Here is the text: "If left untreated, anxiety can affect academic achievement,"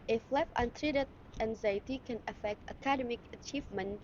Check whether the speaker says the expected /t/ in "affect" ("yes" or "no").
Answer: yes